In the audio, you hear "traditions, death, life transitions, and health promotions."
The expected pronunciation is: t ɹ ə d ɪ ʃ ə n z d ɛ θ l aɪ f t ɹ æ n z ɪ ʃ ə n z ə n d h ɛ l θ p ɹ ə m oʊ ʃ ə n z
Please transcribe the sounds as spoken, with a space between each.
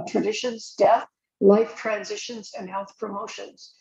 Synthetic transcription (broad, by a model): t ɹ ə d ɪ ʃ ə n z d ɛ θ l aɪ f t ɹ æ n z ɪ ʃ ə n z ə n h ɛ l θ p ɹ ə m oʊ ʃ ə n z